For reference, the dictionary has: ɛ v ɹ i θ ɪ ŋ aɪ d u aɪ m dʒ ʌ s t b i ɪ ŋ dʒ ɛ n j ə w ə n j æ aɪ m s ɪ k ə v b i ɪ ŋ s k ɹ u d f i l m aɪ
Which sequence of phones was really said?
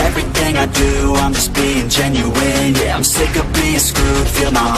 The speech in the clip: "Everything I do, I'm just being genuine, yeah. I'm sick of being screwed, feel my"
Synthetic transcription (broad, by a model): ɛ v ɹ i θ ɪ ŋ aɪ d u aɪ m dʒ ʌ s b i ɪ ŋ dʒ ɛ n j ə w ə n j æ aɪ m s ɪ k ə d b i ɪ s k u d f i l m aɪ